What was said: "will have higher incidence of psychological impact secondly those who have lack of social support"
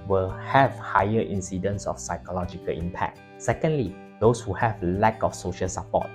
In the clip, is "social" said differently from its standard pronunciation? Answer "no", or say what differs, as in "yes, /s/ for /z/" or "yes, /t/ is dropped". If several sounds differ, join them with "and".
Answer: no